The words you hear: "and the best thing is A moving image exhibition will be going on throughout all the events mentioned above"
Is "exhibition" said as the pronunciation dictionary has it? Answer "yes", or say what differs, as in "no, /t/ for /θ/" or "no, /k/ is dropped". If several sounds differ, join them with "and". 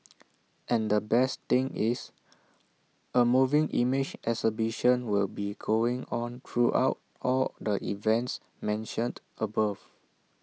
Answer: no, /k/ is dropped